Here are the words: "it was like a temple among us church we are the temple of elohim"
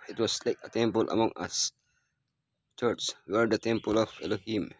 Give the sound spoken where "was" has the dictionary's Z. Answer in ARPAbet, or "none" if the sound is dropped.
S